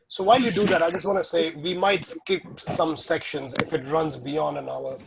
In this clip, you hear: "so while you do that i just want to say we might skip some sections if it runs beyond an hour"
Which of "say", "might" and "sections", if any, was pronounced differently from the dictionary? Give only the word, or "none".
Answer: none